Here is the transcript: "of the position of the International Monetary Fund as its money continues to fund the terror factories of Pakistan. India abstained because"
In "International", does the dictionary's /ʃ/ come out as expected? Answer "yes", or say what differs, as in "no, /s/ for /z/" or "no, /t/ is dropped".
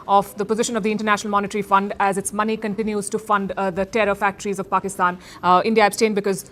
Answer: yes